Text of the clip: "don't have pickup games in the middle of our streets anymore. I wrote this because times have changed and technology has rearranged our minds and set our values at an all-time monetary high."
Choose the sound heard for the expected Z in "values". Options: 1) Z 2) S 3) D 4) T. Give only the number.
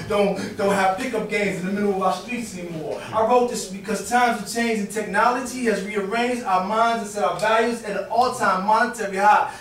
1